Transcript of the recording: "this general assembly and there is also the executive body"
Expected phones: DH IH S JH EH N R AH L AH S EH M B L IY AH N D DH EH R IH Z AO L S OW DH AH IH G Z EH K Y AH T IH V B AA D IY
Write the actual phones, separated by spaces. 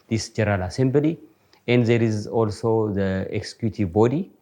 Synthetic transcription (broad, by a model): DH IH S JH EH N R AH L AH S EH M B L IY AH N D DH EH R IH Z AO L S OW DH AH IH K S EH K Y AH T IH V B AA D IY